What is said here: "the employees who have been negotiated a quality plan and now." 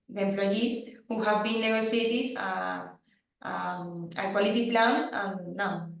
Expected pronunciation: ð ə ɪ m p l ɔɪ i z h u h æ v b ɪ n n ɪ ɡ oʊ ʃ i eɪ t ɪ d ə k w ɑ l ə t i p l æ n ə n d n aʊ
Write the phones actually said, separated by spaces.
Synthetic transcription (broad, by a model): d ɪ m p l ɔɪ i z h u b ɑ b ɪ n n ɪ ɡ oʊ s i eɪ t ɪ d ə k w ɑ l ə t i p l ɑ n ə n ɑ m